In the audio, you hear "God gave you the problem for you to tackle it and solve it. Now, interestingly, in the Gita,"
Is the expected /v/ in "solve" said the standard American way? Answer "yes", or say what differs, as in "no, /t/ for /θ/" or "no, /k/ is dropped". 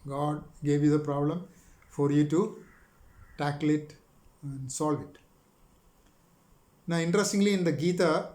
yes